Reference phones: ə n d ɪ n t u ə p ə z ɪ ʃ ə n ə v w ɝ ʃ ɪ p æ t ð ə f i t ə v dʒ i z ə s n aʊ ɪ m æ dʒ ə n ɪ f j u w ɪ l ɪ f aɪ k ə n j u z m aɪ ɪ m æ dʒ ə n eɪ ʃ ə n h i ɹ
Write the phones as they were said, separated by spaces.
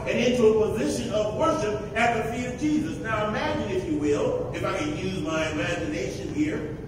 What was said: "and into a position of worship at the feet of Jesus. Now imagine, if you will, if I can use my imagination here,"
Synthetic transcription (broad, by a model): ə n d ɪ n t u ə p ə z ɪ ʃ ə n ə v w ɝ ʃ ɪ p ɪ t ð ə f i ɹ ə v dʒ i z ə s n aʊ ɪ m æ dʒ ə n ɪ f j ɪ w ɪ l ɪ f aɪ k ə n j u z m aɪ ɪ m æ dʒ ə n eɪ ʃ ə n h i ɹ